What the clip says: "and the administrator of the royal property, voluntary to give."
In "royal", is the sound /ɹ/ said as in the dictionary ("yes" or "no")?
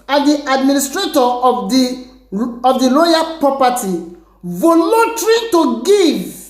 no